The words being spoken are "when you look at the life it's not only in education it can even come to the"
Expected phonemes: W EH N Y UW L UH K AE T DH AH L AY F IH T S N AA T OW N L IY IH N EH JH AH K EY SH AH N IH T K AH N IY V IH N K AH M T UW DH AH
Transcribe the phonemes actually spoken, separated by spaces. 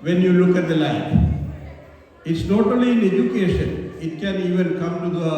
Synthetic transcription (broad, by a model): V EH N Y UW L UH K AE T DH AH L AY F IH T S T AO T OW L IY IH N EH JH AH K EY SH AH N IH T K AH N IY V IH N K AH M T UW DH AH